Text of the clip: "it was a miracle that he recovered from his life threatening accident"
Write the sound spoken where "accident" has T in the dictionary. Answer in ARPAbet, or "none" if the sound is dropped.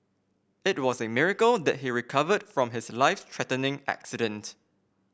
T